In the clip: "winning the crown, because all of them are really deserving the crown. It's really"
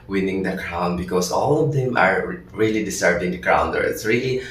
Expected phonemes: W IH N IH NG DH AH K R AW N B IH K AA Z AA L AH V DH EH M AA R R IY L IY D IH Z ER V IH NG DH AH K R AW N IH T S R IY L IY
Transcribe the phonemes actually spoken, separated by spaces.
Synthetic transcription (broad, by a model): W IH N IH NG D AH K R AW N B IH K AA S AA L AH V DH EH M AA R R IY L IY D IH S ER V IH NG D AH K R AW N IH T S R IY L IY